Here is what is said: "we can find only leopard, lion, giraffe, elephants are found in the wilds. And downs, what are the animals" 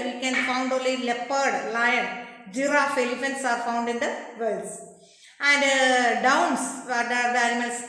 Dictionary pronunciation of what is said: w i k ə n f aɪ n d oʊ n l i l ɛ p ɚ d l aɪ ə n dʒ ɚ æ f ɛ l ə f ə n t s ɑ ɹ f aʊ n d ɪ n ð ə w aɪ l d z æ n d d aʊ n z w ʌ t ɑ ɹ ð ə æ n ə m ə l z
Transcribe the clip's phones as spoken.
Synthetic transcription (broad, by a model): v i k ə n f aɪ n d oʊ l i l ɛ p ɚ d l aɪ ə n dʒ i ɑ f ɛ l ə f ə n t s ɑ ɹ f aʊ n d ɪ n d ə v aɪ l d s æ n d d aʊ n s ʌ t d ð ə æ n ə m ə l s